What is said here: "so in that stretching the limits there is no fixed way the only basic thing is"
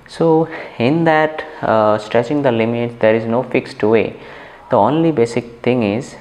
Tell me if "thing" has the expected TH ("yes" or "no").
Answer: no